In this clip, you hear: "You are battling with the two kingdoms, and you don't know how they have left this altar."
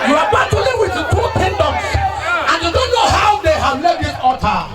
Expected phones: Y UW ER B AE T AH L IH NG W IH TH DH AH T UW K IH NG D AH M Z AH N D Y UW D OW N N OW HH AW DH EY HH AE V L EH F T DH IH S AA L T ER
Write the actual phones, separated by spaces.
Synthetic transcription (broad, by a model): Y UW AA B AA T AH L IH W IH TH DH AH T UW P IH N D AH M S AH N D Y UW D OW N N OW HH AW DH EY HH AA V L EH T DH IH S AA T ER